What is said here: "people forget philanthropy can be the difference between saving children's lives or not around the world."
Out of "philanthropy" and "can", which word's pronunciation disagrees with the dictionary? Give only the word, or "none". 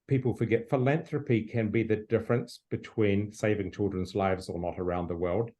none